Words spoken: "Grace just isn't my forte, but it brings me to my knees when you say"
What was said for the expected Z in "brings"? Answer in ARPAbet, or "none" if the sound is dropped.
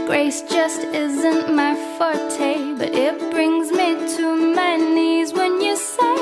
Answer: Z